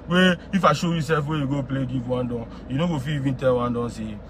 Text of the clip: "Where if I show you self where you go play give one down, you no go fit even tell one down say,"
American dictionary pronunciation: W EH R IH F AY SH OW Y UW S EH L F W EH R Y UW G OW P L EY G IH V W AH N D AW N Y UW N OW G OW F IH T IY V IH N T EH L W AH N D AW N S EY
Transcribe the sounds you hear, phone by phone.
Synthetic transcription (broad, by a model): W EH IH F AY SH OW Y UW S EH L F W EH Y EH G OW P L EY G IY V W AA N D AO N Y UW N OW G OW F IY IY V IH N T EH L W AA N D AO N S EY